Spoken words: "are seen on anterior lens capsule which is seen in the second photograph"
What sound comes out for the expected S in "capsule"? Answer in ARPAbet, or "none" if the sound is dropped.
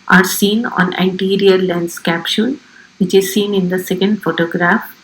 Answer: SH